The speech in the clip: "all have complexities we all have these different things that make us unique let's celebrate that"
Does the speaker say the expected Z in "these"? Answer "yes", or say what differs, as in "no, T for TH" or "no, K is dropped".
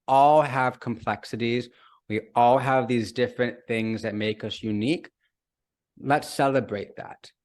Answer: yes